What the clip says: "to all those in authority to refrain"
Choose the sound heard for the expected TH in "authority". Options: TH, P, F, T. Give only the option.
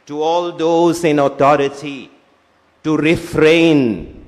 T